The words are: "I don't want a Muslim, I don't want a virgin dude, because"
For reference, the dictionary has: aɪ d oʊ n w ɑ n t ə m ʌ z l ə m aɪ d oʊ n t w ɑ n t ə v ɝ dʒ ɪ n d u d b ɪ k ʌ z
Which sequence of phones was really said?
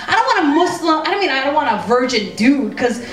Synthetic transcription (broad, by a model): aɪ d oʊ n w ɑ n ə m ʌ s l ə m aɪ d oʊ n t w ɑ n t ə v ɝ dʒ ɪ n d u d k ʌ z